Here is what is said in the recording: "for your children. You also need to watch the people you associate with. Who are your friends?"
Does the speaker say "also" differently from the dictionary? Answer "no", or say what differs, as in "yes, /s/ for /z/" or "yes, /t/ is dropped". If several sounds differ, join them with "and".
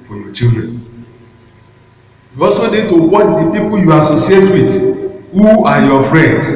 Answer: yes, /l/ is dropped